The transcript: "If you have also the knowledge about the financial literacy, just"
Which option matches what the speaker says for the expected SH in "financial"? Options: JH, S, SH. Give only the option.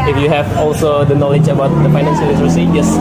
S